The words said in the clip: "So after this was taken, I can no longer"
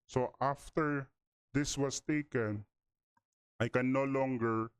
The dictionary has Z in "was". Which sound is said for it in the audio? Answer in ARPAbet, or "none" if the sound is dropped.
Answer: S